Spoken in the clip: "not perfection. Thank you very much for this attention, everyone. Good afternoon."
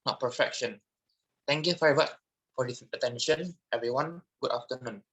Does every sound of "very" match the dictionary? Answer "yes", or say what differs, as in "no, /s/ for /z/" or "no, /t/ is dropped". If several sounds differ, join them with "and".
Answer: no, /f/ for /v/